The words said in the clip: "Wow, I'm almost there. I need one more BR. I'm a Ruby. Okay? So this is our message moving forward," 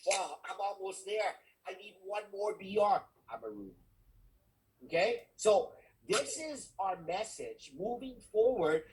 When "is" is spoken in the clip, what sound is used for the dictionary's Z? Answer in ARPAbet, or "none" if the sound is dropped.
Z